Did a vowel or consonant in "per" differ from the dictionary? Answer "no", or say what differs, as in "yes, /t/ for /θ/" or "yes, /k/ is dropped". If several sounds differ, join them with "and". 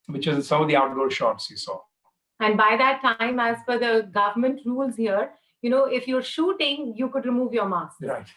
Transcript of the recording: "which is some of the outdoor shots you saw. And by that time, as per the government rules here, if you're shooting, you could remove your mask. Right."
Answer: yes, /f/ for /p/